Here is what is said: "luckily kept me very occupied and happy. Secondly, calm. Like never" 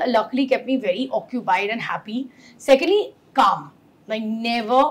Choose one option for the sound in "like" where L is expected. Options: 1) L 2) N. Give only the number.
2